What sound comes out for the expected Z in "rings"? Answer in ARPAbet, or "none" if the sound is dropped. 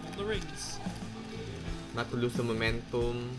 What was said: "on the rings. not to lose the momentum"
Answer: S